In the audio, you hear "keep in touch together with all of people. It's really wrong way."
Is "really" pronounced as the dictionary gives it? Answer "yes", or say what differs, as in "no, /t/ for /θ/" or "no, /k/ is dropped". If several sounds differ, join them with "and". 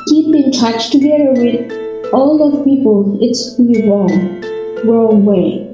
no, /w/ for /l/